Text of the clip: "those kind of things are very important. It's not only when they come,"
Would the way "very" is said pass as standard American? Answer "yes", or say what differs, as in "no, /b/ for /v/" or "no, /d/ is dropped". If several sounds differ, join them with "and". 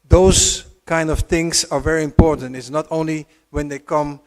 yes